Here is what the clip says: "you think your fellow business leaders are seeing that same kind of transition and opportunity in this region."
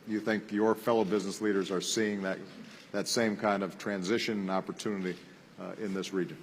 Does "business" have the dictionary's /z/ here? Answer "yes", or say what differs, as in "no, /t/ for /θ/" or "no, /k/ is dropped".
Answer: yes